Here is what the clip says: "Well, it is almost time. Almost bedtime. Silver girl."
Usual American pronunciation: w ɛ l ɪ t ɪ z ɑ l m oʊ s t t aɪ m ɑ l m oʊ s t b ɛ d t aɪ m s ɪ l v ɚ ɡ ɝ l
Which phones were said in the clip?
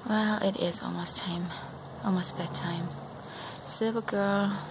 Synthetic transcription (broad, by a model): w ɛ l ɪ t ɪ z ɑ l m oʊ s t t aɪ m ɑ l m oʊ s t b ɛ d t aɪ m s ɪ v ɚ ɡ ɝ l